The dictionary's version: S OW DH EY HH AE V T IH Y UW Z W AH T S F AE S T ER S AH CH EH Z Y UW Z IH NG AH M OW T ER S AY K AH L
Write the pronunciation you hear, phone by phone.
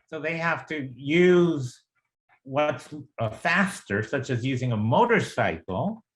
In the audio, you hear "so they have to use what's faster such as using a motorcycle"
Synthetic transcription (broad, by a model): S OW DH EY HH AE F T IH Y UW Z W AH T S F AE S T ER S AH CH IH Z Y UW Z IH NG AH M OW T ER S AY K L